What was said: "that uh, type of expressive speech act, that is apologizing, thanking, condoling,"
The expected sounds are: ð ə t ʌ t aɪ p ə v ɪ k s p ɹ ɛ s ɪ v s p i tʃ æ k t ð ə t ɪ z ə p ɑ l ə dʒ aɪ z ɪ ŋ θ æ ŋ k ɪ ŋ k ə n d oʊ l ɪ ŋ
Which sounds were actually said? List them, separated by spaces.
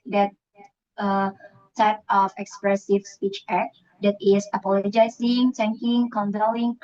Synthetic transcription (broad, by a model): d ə t ʌ t aɪ p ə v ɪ k s p ɹ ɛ s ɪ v s p i tʃ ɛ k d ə t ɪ s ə p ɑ l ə dʒ aɪ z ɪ ŋ t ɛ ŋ k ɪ ŋ k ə n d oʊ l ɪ ŋ